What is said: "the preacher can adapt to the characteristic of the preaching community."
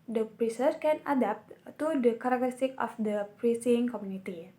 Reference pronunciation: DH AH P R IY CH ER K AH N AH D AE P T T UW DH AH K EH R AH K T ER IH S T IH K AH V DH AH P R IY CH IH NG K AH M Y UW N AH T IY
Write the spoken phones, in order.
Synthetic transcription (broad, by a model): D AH P R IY S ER K AH N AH D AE P T T UW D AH K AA R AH K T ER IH S T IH K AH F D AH P R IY S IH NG K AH M Y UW N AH T IY